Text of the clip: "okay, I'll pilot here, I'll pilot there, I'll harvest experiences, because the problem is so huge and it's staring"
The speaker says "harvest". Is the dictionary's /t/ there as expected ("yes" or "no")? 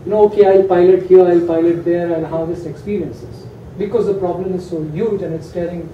no